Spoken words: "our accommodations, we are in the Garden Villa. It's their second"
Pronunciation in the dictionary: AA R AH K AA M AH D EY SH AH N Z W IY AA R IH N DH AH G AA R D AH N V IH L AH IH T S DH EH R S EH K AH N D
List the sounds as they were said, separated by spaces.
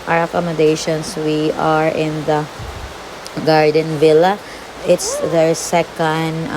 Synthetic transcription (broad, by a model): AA R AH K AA M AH D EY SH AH N S W IY AA R IH N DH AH G AA R D AH N V IH L AH IH T S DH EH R S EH K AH N D